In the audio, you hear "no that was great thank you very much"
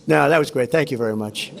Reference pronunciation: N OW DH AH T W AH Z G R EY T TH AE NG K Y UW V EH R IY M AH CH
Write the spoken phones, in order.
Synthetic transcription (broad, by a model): N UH DH AH T W AH Z G R EY T TH AE NG K Y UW V EH R IY M AH CH